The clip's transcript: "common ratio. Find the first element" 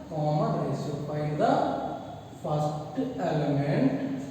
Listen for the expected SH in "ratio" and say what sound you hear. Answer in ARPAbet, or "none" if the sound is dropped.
S